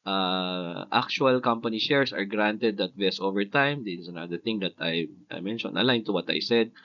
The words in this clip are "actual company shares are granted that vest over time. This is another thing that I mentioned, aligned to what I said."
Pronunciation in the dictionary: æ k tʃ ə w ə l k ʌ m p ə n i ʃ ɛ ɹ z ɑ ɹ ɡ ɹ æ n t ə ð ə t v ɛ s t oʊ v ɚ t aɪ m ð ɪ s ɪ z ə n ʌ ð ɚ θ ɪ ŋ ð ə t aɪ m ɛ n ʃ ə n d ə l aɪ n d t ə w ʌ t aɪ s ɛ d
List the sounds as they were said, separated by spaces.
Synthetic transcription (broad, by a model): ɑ k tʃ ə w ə l k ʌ m p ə n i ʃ ɛ ɹ s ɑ ɹ ɡ ɹ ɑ n t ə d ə t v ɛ s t oʊ v ɚ t aɪ m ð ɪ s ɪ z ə n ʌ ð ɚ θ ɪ ŋ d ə t aɪ m ɛ n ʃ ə n ə l aɪ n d t ə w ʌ t aɪ s ɛ d